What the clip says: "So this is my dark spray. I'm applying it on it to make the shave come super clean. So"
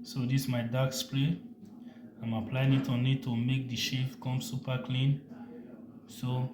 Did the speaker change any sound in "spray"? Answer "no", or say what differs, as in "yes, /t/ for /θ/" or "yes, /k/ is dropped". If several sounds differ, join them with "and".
yes, /l/ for /ɹ/